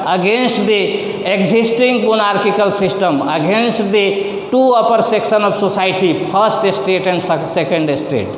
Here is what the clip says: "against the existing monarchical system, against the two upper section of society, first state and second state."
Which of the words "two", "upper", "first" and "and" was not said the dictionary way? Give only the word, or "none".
first